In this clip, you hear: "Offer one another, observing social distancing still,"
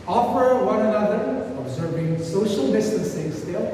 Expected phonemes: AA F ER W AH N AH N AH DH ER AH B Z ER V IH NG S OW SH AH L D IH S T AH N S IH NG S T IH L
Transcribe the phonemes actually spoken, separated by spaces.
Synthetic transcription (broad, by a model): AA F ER W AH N AH N AH DH ER AH B Z ER V IH NG S OW SH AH L D IH S T AH N S IH NG S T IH L